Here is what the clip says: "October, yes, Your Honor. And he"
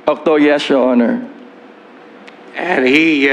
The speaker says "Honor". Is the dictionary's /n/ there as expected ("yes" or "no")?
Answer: yes